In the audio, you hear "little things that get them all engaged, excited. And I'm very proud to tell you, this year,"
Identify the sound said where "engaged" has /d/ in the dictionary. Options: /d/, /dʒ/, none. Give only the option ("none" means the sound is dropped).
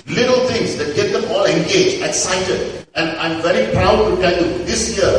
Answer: none